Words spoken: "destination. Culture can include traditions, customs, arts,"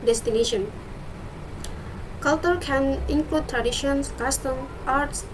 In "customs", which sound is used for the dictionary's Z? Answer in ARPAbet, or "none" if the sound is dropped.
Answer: none